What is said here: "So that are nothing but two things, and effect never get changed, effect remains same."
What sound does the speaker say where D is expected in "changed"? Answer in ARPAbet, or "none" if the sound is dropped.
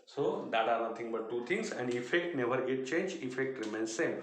none